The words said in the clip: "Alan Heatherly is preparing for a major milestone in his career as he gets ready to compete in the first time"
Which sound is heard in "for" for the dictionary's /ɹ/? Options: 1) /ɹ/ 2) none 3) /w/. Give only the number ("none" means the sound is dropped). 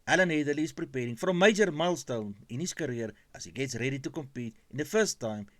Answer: 1